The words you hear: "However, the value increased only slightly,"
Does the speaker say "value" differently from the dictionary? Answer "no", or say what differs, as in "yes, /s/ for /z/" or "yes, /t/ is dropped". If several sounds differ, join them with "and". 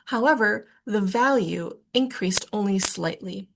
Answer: no